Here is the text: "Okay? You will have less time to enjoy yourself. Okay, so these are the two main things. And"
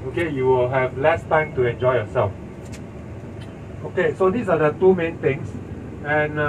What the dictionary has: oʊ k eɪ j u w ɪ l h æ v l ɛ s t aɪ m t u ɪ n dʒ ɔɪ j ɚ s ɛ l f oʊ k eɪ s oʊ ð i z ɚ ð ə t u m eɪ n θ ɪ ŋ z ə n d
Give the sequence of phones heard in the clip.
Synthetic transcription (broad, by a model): oʊ k eɪ j u w ɪ l h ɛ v l ɛ s t aɪ m t u ɪ n dʒ ɔɪ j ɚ s ɛ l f oʊ k eɪ s oʊ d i s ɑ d ə t u m eɪ n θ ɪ ŋ s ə n